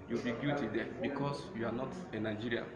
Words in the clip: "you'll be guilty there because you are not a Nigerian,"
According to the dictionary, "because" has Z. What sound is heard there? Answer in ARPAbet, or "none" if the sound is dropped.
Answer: S